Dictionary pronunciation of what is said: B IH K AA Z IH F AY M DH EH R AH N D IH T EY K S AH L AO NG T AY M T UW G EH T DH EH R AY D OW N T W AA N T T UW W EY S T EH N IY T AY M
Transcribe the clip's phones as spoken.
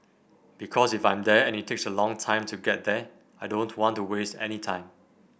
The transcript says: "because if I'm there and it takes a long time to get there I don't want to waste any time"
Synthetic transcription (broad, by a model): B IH K AA S IH F AY M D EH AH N IH T EY K S AH L AO NG T AY M T UW G EH T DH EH AY D OW N T W AA N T T UW W EY S T EH N IY T AY M